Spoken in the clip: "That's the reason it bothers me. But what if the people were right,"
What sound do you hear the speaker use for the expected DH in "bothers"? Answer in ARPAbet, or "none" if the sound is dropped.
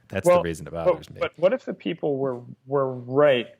none